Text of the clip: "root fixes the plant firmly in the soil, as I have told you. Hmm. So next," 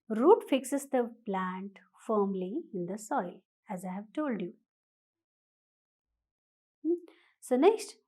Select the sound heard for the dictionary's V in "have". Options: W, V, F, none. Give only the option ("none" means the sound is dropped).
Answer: V